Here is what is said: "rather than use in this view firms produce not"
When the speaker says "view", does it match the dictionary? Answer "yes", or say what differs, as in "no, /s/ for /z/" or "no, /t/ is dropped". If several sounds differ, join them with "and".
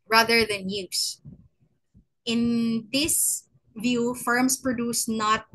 yes